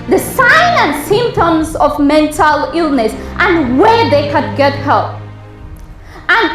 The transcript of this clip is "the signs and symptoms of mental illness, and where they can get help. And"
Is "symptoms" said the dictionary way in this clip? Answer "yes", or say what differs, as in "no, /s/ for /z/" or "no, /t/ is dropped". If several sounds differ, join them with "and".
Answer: yes